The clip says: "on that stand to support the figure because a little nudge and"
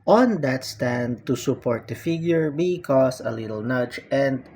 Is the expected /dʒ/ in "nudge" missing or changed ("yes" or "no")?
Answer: yes